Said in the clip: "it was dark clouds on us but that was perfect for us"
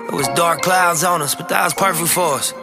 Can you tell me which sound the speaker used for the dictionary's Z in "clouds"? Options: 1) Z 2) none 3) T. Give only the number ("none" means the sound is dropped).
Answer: 1